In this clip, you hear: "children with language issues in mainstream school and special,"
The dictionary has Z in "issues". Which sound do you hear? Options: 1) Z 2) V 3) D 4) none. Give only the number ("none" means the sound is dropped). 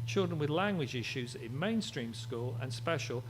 1